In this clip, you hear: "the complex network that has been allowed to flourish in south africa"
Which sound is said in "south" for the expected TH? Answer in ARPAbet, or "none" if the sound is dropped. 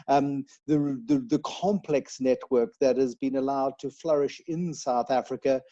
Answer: TH